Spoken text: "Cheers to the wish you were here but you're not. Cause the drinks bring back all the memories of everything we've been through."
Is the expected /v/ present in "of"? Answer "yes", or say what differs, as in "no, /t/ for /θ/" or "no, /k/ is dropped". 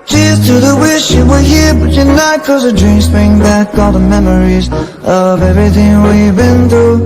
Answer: yes